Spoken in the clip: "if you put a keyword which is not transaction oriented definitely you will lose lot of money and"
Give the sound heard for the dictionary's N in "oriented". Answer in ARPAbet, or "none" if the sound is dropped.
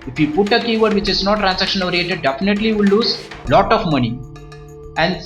none